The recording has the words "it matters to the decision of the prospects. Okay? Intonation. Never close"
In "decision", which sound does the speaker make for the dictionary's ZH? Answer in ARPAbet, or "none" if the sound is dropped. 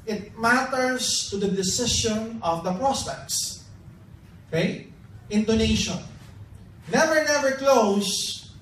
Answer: SH